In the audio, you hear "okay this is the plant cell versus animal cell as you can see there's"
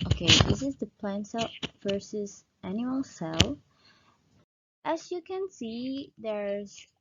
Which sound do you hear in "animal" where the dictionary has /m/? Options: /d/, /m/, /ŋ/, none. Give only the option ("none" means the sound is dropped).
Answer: none